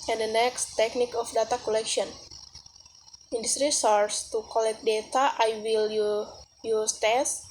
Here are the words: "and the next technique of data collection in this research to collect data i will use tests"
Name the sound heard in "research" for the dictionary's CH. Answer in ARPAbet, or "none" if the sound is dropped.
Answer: S